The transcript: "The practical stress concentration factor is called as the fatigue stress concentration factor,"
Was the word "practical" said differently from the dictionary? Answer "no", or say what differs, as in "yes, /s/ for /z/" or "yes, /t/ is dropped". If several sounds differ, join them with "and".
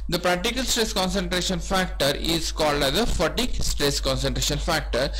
no